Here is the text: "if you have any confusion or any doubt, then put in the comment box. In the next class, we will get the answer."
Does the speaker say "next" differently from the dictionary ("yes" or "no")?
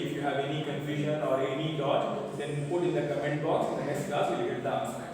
yes